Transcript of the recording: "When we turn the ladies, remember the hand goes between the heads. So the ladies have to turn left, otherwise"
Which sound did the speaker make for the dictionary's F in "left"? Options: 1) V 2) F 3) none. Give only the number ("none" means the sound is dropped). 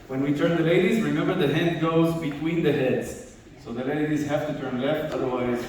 2